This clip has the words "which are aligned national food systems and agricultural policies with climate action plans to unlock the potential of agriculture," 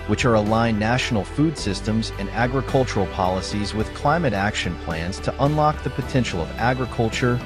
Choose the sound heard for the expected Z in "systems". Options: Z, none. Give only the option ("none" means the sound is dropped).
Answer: Z